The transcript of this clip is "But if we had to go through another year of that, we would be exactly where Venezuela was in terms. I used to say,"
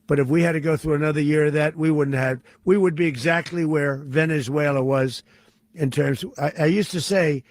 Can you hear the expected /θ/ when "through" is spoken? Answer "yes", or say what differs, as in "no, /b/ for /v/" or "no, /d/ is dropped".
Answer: yes